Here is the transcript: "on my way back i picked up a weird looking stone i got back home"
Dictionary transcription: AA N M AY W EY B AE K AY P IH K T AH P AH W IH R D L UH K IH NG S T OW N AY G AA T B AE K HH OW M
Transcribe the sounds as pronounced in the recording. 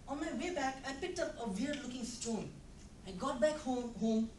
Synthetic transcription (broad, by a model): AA N M AY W EY B AE K AY P IH K T AH P AH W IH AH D L UH K IH NG S T OW N AY G AA T B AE K HH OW M